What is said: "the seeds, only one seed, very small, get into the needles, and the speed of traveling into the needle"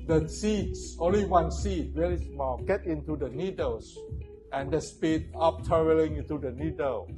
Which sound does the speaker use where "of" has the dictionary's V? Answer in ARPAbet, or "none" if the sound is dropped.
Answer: P